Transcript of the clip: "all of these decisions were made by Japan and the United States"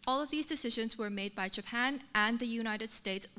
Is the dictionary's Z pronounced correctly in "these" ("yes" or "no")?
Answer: yes